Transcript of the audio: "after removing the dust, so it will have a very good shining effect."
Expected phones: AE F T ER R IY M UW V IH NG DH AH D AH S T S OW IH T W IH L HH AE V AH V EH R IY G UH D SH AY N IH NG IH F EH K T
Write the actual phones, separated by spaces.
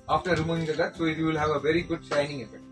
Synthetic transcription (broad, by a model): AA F T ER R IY M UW IH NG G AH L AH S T S OW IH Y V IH L HH AE V AH V EH R IY G UH D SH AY N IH NG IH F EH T